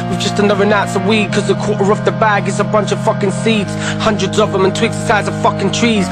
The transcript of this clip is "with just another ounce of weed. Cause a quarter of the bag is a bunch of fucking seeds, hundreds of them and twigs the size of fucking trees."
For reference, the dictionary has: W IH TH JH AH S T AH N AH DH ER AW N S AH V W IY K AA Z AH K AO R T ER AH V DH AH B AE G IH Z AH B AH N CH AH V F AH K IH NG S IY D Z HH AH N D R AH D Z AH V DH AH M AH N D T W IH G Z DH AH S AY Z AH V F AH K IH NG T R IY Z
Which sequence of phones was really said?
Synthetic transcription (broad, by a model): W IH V JH AH S T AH N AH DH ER AW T S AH W IY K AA Z AH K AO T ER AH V DH AH B AE G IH S AH B AH N CH AH V F AH K IH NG S IY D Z HH AH N D R AH D Z AH V DH AH M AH N T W IH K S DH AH S AY Z AH V F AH K IH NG T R IY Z